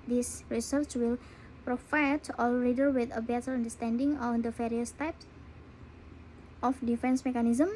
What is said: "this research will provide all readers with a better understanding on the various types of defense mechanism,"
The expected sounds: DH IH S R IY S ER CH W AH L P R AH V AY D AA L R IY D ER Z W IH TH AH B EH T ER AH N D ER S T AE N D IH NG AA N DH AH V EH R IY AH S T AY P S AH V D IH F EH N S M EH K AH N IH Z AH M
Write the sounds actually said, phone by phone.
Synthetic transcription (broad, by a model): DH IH S R IY S ER CH W AH L P R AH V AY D AA L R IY D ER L W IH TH AH B EH T ER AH N D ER S T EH N D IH NG AA N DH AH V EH R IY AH S T AY P S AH F D IH F EH N S M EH K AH N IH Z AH M